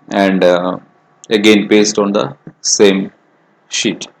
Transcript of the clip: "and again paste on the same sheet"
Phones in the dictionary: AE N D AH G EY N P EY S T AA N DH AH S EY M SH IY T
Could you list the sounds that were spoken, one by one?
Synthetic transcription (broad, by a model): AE N D AH G EY N P EY S T AA N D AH S EY M SH IY T